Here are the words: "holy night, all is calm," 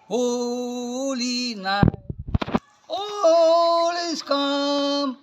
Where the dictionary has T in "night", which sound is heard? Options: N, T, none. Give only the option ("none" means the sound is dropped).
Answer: none